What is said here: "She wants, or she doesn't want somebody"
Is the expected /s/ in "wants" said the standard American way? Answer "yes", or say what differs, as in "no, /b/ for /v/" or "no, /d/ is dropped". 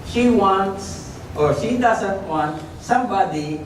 yes